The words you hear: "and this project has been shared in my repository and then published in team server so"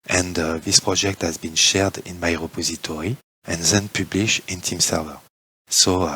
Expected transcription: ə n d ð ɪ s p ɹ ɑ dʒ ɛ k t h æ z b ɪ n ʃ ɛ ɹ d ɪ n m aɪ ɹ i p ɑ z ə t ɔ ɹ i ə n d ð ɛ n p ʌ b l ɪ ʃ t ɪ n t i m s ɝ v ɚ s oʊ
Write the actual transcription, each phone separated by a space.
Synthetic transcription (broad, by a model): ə n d ð ɪ s p ɹ ɑ dʒ ɛ k t h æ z b ɪ n ʃ ɛ ɹ d ɪ n m aɪ ɹ i p ɑ z ə t ɔ ɹ i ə n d ð ɛ n p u b l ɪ ʃ ɪ n t i m s ɝ v ɚ s oʊ